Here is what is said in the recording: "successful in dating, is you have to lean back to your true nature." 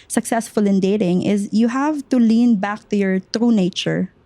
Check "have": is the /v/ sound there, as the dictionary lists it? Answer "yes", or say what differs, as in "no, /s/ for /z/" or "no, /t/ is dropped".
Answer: yes